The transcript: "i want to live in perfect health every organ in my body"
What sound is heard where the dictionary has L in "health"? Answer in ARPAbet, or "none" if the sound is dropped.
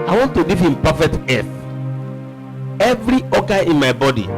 none